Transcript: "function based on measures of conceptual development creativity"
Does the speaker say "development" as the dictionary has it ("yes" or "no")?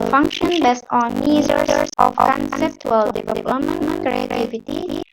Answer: no